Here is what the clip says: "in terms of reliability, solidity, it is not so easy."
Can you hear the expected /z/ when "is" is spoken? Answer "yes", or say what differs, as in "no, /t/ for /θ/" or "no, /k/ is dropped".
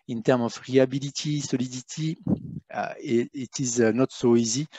yes